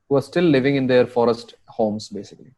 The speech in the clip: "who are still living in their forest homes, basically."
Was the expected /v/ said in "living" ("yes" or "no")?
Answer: yes